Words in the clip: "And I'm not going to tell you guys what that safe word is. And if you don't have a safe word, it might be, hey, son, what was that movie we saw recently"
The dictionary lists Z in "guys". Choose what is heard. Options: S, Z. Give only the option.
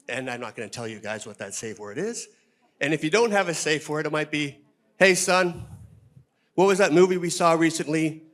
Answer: Z